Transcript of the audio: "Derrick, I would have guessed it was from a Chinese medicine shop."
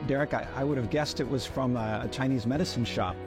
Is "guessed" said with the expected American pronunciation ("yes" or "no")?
yes